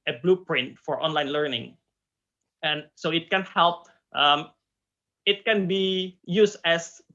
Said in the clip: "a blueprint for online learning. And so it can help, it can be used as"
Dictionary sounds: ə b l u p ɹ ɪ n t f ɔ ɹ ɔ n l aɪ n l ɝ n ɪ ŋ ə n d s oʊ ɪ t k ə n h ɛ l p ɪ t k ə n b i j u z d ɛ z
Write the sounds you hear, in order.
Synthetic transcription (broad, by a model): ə b l u p ɹ ɪ n t f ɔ ɹ ɔ n l aɪ n l ɝ n ɪ ŋ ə n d s oʊ ɪ t k ə n h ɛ l p ɪ t k ə n b i j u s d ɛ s